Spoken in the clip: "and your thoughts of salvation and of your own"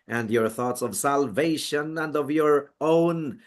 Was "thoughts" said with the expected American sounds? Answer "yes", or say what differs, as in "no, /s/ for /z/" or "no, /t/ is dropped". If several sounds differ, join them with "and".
yes